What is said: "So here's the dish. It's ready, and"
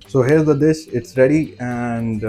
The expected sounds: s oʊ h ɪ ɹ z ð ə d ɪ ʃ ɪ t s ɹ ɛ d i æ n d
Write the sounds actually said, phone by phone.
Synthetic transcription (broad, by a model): s oʊ h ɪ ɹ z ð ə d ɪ s ɪ t s ɹ ɛ d i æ n d